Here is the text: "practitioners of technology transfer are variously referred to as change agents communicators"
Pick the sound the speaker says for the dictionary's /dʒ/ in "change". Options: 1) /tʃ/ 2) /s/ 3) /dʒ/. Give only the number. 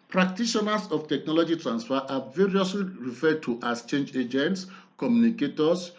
3